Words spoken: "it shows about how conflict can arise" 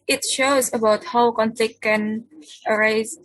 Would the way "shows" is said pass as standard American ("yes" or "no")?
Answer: yes